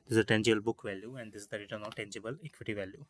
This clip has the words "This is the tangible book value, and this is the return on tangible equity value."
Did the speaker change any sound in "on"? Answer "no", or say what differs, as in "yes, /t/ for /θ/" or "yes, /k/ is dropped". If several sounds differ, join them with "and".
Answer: yes, /l/ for /n/